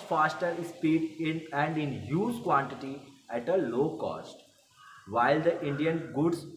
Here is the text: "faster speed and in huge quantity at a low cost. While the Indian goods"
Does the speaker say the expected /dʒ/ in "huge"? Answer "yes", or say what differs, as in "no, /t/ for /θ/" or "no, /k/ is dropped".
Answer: no, /z/ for /dʒ/